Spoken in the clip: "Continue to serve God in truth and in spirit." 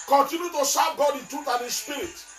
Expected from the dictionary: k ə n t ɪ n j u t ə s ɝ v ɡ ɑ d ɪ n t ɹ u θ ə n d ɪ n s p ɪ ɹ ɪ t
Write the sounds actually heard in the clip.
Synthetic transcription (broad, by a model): k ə n t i n j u t ə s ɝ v ɡ ɑ d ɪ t u t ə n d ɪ s p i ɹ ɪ t